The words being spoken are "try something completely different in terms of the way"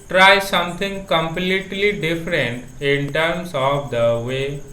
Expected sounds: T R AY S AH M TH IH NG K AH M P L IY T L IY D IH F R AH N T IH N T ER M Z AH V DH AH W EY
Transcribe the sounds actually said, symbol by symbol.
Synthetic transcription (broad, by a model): T R AY S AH M T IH NG K AH M P L IY T L IY D IH F R AH N T IH N T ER M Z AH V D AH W EY